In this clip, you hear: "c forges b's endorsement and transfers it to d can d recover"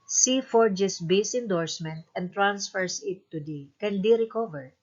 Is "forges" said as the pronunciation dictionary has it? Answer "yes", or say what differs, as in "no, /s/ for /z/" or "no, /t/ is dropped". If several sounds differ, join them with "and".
no, /s/ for /z/